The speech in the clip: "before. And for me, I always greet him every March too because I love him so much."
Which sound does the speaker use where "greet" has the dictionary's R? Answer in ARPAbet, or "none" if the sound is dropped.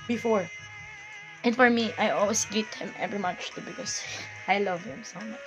none